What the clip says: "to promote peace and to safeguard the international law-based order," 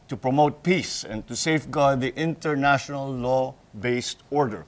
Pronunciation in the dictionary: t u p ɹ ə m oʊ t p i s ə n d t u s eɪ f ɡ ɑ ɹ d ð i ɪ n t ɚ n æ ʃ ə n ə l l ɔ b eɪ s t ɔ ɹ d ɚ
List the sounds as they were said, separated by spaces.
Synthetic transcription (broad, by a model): t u p ɹ ə m oʊ t p i s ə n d t u s eɪ f ɡ ɑ ɹ d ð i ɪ n t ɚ n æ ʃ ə n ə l l ɔ b eɪ s t ɔ ɹ d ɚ